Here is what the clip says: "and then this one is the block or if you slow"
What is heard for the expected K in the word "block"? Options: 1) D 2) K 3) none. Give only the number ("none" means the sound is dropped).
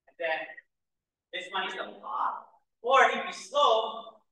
3